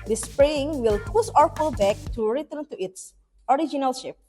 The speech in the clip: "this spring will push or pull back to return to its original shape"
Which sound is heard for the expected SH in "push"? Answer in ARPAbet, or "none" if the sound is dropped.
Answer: S